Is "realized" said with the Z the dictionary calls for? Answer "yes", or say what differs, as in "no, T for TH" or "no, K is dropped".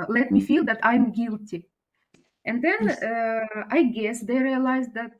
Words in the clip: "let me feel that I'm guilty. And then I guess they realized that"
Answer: yes